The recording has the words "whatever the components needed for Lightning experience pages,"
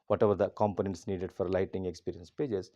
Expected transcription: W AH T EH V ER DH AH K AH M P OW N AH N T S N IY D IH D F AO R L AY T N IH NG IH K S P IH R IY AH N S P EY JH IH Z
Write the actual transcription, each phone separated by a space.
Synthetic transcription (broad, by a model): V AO T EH V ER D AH K AH M P OW N AH N T S N IY D IH D F AO R L AY T IH NG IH K S P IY R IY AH N S P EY JH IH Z